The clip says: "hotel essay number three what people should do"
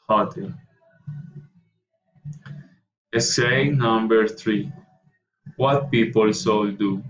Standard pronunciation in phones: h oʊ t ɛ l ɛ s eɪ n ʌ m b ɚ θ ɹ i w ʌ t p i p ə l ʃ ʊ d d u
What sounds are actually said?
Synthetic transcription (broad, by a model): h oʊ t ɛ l ɛ s eɪ n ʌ m b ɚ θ ɹ i w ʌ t p i p ə l s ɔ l d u